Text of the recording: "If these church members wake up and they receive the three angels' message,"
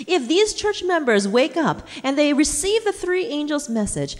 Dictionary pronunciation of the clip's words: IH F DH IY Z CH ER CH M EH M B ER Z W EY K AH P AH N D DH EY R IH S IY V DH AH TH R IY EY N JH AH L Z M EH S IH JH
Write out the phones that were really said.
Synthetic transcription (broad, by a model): IH F DH IY Z CH ER CH M EH M B ER Z W EY K AH P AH N DH EY R IH S IY V DH AH TH R IY EY N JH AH L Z M EH S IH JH